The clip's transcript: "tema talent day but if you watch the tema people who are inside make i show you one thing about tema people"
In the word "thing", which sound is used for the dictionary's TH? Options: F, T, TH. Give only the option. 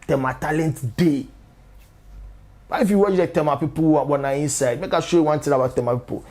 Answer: T